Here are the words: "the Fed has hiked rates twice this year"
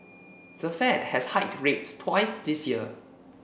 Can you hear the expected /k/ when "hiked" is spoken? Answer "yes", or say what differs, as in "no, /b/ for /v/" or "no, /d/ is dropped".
no, /k/ is dropped